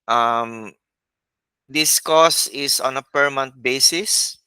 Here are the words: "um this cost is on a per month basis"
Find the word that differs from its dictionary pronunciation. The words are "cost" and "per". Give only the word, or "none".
cost